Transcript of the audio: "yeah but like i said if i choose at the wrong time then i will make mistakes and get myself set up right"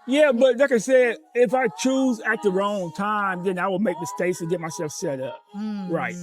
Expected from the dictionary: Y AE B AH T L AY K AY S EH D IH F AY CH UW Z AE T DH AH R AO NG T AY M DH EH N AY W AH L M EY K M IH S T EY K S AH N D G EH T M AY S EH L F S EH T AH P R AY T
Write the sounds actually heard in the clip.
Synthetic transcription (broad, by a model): Y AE B AH T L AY K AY S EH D IH F AY CH UW Z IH T DH AH R AO NG T AY M DH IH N AY W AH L M EY K M IH S T EY K S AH G EH T M AY S EH L F S EH T AH P R AY T